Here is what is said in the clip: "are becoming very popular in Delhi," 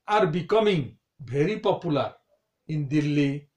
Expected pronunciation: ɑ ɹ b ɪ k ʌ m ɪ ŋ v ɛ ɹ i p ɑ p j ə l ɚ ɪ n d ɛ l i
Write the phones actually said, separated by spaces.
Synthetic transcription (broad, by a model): ɑ ɹ b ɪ k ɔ m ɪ ŋ b ɛ ɹ i p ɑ p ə l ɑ ɪ n d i l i